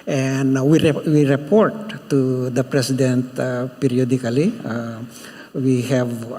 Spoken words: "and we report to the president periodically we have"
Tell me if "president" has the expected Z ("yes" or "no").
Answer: no